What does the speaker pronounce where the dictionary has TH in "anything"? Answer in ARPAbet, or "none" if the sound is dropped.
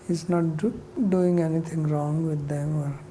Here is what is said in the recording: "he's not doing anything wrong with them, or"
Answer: T